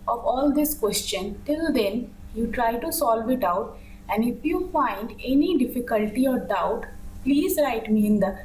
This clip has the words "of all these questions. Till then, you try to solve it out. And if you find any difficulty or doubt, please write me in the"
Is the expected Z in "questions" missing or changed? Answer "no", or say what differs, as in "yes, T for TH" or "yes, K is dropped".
yes, Z is dropped